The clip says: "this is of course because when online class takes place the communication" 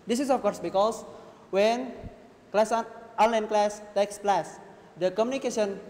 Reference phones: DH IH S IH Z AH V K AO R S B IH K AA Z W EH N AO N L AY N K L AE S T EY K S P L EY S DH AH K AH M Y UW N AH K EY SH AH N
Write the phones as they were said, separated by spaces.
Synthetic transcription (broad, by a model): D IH S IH S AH F K AO R S B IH K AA S W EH N AO N L AY N K L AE S T EY K S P L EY S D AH K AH M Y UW N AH K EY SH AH N